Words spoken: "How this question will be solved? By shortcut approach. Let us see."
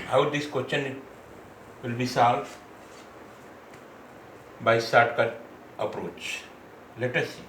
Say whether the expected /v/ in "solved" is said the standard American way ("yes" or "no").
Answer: no